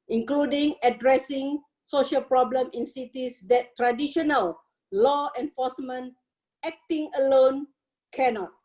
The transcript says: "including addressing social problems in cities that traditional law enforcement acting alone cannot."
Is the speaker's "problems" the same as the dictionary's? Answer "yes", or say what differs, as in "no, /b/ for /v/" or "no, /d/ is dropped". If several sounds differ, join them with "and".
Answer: no, /z/ is dropped